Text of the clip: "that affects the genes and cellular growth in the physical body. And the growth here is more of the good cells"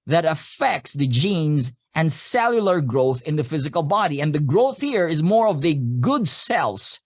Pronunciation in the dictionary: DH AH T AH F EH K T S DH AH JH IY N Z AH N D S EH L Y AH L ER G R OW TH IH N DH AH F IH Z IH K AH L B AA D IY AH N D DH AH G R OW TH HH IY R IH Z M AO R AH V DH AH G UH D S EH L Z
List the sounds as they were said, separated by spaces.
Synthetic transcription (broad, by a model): DH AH T AH F EH K T S DH AH JH IY N Z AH N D S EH L Y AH L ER G R OW TH IH N DH AH F IH Z IH K AH L B AA D IY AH N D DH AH G R OW TH HH IY R IH Z M AO R AH V DH AH G UH D S EH L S